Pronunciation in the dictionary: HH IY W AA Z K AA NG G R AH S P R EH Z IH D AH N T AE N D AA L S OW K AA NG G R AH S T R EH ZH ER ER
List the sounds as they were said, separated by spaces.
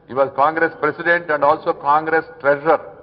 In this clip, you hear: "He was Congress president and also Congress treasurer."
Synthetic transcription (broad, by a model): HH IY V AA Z K AA NG G R AH S P R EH S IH D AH N T AE N D AA L S OW K AA NG G R AH S T R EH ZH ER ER